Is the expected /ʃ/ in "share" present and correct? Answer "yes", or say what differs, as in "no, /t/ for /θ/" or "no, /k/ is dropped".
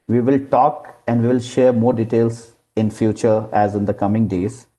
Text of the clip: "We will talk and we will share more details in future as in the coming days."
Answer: yes